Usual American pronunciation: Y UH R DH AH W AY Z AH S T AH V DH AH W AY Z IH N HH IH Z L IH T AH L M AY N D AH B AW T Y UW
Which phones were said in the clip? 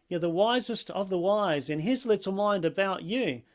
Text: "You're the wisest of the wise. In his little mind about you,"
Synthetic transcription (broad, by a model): Y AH R DH AH W AY Z AH S T AH V DH AH W AY Z IH N IH Z L IH T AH L M AY N D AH B AW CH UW